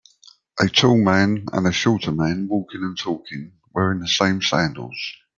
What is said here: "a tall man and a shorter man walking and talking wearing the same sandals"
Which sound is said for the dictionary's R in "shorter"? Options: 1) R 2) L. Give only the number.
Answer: 2